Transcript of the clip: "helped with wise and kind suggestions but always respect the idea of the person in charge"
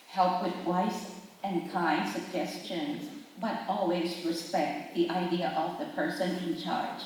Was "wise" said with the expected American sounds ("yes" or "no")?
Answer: no